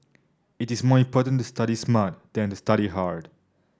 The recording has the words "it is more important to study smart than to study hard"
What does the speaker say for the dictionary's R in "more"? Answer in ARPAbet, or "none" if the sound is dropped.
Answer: R